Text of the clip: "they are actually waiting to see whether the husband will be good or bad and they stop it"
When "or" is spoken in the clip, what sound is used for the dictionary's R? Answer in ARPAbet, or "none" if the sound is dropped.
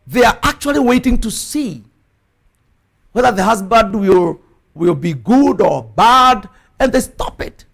R